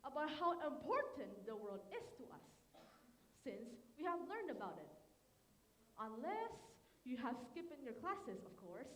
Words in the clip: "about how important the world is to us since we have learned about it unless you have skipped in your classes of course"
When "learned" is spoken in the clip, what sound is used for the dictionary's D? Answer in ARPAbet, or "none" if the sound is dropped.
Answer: D